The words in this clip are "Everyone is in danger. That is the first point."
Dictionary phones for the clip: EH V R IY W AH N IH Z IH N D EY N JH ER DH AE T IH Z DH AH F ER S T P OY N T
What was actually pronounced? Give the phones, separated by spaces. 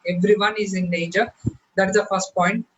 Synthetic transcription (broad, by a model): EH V R IY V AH N IH Z IH N EY JH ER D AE T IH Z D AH F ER S T P OY N T